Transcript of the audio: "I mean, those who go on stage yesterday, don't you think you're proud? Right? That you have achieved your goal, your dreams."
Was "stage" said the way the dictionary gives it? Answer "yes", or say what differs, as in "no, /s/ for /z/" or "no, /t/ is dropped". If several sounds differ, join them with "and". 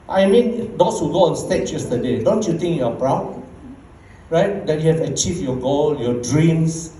no, /tʃ/ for /dʒ/